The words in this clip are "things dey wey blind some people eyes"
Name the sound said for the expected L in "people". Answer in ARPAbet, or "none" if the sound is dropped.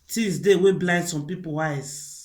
W